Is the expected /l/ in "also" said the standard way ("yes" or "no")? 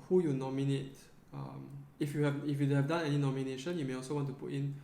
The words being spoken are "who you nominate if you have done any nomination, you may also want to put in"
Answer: yes